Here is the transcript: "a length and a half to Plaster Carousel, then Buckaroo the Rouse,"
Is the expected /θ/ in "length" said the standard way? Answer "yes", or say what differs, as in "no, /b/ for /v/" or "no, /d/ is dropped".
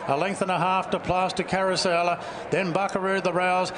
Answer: yes